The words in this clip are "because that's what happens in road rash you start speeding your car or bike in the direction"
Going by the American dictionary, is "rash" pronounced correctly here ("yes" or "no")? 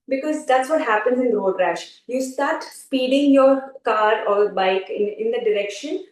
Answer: yes